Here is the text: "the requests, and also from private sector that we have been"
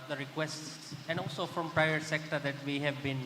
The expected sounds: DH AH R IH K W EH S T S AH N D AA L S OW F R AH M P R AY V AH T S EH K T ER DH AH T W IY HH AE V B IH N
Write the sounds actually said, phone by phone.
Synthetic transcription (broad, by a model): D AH R IH K W EH S T S AH N D AA L S OW F R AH M P R AY AH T S EH K T ER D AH T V IY HH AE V B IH N